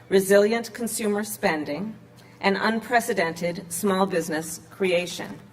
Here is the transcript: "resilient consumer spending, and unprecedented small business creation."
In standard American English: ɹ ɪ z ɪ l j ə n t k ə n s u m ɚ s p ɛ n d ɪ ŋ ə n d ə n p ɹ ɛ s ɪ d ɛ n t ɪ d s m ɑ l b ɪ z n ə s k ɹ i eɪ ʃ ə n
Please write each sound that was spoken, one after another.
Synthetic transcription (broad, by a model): ɹ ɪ z ɪ l j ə n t k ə n s u m ɚ s p ɛ n d ɪ ŋ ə n ə n p ɹ ɛ s ɪ d ɛ n t ɪ d s m ɑ l b ɪ z n ə s k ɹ i eɪ ʃ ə n